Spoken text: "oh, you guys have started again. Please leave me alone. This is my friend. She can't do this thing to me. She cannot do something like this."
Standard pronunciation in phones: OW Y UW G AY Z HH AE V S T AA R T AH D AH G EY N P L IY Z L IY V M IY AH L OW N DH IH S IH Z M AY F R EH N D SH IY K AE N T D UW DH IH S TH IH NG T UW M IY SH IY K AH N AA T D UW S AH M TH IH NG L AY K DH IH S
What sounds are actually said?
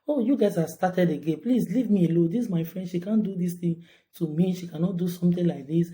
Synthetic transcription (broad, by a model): OW Y UW G AY Z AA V S T AA T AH D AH G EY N P L IY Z L IY V M IY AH L OW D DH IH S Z M AY F R EH N D SH IY K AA N D UW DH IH S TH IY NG T UW M IY SH IY K AH N AA T D UW S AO M T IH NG L AY K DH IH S